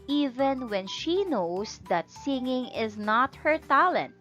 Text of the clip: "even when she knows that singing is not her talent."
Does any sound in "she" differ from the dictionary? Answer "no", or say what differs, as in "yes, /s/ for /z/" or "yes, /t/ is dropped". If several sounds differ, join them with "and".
no